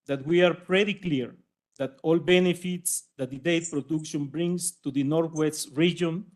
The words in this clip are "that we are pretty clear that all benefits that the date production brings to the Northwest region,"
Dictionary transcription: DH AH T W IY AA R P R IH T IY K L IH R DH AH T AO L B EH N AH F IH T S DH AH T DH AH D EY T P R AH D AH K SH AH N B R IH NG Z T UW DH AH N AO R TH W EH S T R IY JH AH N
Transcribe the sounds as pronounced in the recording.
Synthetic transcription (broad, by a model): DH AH T W IY AA R P R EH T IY K L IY R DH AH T AO L B EH N AH F IH T S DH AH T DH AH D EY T P R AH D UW K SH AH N B R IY NG S T UW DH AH N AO R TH W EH S T R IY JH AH N